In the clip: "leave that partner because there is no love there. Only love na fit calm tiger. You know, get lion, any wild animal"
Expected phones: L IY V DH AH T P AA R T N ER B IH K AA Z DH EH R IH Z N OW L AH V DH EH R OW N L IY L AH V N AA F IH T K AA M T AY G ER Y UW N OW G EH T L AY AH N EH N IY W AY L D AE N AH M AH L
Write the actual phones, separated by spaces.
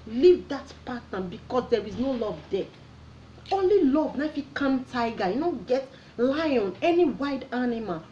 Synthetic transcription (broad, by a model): L IY V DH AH T P AA T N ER B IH K AA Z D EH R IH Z N OW L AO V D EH OW N L IY L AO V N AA F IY K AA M T AY G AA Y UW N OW G EH T L AY AH N EH N IY W AY D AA N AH M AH L